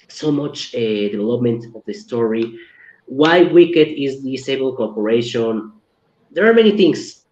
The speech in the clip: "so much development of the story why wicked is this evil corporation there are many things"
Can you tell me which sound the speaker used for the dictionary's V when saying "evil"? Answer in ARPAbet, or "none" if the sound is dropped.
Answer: B